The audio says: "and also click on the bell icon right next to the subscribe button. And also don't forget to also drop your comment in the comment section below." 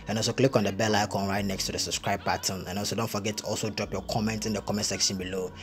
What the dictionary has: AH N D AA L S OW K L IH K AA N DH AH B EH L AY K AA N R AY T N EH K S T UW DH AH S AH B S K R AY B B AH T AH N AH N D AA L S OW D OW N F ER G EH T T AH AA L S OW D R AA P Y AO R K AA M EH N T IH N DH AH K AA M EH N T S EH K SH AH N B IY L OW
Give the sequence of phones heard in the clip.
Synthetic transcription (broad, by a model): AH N AA L S OW K L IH K AA N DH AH B EH L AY K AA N R AY T N EH K S T UW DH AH S AH B S K R AY B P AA T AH N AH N AA L S OW D OW N F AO G EH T T AA L S OW D R AA P Y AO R K AA M EH N T IH N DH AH K AA M EH N T S EH K SH AH N B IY L OW